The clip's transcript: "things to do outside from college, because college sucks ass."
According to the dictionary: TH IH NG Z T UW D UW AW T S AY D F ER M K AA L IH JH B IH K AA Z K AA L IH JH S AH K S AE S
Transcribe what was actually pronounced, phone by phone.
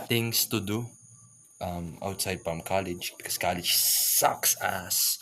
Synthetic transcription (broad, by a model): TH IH NG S T UW D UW AW T S AY D P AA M K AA L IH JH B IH K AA S K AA L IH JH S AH K S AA S